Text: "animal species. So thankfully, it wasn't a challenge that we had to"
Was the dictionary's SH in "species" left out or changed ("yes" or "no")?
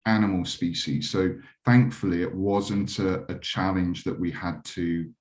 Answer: no